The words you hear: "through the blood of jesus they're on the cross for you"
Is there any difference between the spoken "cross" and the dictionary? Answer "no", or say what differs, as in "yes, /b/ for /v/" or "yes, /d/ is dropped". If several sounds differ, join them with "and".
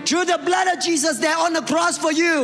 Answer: no